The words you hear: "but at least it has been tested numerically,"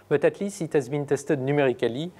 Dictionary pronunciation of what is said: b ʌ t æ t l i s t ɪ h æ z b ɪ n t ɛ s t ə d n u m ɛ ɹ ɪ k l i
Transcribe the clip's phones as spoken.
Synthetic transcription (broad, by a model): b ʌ t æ t l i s ɪ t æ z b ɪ n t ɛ s t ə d n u m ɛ ɹ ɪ k l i